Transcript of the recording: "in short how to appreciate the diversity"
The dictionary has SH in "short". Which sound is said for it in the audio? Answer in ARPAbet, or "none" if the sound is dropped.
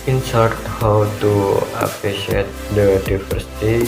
S